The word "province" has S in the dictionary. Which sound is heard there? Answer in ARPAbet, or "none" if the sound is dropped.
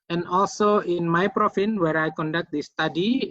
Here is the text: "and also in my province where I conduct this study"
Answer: none